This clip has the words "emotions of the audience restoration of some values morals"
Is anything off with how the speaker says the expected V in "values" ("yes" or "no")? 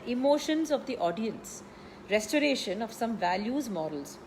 no